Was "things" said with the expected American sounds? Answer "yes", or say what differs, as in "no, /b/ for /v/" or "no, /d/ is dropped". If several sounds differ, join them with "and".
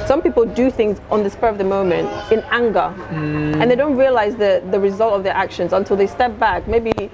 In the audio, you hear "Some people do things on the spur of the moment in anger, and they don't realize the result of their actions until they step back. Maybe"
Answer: yes